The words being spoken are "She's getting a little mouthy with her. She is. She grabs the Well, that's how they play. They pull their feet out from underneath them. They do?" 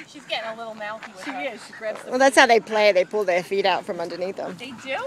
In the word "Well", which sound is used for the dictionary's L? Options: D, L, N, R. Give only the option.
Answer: L